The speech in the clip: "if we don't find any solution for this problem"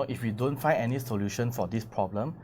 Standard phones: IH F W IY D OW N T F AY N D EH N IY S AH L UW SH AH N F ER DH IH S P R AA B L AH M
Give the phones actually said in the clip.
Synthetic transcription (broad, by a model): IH F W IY D OW N T F AY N EH N IY S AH L UW SH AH N F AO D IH S P R AA B L AH M